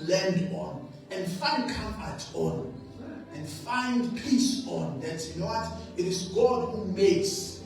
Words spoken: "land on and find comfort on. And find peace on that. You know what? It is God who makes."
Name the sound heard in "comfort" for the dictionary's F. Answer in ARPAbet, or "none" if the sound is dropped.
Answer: none